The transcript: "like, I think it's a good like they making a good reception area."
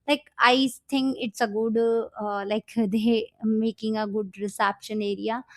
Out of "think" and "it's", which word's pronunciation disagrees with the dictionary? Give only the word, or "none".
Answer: think